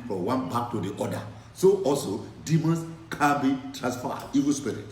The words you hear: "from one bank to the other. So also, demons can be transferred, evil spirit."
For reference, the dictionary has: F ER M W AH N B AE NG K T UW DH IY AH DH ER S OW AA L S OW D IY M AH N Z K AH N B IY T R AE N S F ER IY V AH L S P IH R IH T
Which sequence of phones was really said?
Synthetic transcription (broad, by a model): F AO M W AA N B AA K T UW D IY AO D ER S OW AA L S OW D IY M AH N S K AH B IY T R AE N S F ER IY V AH L S P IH R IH T